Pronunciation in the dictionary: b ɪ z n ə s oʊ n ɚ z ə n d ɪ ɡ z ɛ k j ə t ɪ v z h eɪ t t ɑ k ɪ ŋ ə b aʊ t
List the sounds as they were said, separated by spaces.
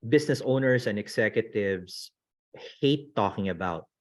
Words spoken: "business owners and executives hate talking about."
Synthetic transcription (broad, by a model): b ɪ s n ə s oʊ n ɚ s ə n d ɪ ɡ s ɛ k j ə t ɪ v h h eɪ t t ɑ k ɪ ŋ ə b aʊ t